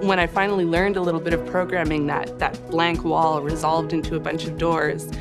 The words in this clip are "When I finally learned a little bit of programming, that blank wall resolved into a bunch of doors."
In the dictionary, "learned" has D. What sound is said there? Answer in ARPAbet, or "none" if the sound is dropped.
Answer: D